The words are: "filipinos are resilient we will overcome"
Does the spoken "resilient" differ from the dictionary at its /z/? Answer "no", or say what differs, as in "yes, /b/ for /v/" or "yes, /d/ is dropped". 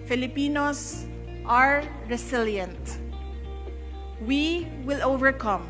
yes, /s/ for /z/